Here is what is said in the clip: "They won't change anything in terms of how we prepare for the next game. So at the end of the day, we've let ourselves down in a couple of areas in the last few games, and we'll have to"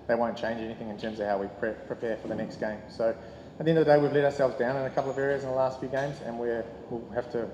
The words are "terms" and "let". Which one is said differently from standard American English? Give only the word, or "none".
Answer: none